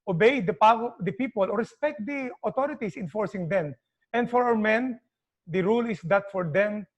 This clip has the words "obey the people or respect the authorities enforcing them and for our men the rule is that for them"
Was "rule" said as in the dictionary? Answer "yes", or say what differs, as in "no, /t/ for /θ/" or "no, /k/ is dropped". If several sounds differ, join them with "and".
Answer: yes